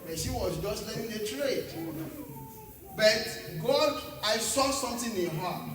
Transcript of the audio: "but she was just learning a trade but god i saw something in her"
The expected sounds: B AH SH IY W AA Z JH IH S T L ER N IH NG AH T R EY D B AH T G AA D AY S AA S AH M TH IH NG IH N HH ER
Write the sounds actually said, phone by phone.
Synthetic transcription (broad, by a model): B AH SH IY W AA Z JH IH S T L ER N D AH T R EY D B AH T G AA D AY S AA S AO M T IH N IH N HH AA